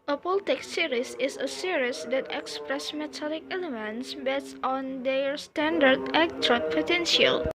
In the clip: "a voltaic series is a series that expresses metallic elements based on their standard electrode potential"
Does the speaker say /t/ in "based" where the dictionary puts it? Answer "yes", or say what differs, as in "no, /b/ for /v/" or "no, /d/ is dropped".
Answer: no, /t/ is dropped